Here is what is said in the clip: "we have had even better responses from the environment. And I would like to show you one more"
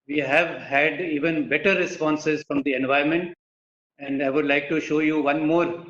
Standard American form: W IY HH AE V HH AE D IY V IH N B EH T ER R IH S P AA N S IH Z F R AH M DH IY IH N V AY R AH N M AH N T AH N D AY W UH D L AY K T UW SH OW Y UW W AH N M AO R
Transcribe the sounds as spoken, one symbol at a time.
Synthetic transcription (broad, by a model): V IY HH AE V HH AE D IY V IH N B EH T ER R IH S P AA N S IH Z F R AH M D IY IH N V AY AH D M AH N T AH N D AY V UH D L AY K T UW SH OW Y UW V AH N M AO R